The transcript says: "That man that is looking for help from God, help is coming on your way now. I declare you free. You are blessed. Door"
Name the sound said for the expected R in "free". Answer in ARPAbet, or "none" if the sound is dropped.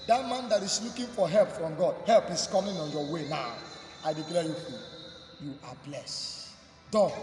none